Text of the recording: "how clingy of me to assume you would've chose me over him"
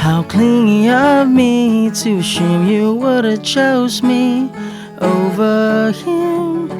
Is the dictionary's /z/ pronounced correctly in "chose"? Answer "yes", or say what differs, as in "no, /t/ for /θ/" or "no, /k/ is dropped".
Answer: yes